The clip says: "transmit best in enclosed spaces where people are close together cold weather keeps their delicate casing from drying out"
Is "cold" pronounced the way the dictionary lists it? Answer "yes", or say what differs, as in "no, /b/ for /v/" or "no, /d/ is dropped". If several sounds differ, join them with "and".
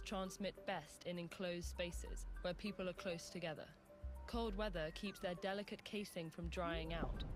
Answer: yes